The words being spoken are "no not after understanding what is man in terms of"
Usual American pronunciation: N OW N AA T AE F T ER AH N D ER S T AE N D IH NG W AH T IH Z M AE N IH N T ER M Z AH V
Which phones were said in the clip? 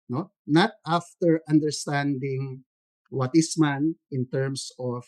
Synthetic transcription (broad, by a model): N OW N AA T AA F T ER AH N D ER S T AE N D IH NG W AH T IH S M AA N IH N T ER M S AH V